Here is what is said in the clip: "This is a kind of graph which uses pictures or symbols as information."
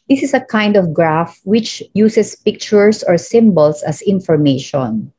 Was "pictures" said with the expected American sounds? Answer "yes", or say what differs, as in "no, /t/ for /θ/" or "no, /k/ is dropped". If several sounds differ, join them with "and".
no, /s/ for /z/